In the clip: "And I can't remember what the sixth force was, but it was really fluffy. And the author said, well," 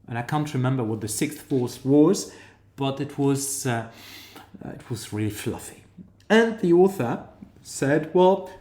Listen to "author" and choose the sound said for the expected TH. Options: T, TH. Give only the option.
TH